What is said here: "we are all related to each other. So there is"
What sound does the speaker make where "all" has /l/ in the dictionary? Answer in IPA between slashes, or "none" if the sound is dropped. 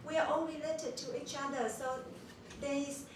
/n/